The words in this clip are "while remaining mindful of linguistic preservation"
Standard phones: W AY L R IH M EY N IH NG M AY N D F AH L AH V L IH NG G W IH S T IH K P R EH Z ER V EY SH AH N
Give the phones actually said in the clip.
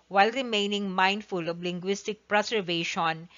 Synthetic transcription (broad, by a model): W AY L R IH M EY N IH NG M AY N D F AH L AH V L IH NG G W IH S T IH K P R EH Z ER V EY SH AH N